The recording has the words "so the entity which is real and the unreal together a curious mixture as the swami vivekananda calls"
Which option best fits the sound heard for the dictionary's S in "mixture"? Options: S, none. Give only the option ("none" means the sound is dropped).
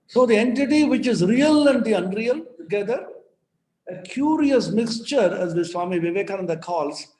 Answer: S